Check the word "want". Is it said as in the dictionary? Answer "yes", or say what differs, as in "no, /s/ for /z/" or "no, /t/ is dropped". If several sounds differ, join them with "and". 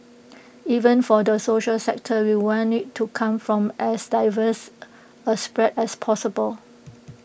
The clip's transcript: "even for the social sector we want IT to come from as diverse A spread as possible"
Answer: no, /t/ is dropped